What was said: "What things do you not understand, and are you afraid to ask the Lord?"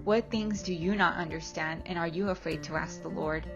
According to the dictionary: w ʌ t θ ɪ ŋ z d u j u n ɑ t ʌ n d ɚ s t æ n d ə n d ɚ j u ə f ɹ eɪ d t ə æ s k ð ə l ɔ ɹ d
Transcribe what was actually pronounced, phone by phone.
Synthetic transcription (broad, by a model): w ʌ t θ ɪ ŋ z d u j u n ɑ t ʌ n d ɚ s t æ n d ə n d ɚ j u ə f ɹ eɪ d t ə æ s k ð ə l ɔ ɹ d